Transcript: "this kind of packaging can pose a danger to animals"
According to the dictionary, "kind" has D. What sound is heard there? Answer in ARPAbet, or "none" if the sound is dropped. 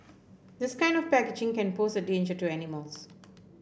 D